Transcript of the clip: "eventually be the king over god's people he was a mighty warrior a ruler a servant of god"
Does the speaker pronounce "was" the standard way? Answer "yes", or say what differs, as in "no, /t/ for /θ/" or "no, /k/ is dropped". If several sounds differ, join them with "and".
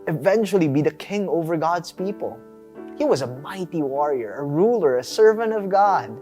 yes